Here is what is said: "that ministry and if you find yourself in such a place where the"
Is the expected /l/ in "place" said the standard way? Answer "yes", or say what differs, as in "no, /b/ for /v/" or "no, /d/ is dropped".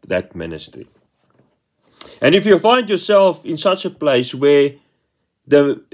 yes